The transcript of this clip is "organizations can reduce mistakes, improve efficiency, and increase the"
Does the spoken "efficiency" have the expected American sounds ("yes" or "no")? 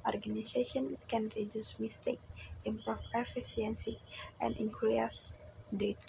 no